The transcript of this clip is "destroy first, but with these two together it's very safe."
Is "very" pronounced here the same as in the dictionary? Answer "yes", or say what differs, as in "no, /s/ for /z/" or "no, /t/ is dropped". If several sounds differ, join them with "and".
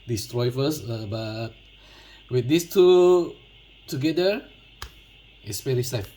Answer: no, /p/ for /v/